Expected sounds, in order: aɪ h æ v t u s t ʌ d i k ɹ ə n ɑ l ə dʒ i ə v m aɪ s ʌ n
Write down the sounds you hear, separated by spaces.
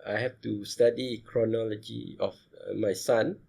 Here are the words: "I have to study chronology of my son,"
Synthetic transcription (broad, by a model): aɪ h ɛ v t u s t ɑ d i k ɹ ə n ɑ l ə dʒ i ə f m aɪ s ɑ n